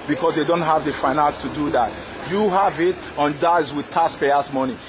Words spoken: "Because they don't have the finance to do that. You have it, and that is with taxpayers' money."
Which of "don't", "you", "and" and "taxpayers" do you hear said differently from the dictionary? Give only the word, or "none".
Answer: taxpayers